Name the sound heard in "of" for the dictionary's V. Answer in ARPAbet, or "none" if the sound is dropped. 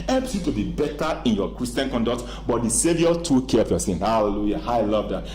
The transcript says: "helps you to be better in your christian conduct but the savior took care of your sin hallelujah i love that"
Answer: P